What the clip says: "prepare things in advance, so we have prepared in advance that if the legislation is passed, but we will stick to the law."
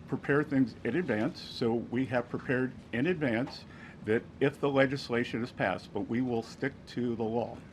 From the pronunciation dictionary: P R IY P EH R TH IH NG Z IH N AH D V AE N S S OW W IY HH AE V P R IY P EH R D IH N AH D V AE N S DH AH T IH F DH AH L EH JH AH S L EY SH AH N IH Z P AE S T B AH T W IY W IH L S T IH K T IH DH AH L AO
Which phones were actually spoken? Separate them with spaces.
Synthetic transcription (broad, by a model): P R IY P EH R TH IH NG Z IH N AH D V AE N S S OW W IY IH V P R IY P EH R D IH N AH D V AE N S DH AH T IH F DH AH L EH JH AH S L EY SH AH N IH Z P AE S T B AH T W IY W IH L S T IH K T IH DH AH L AO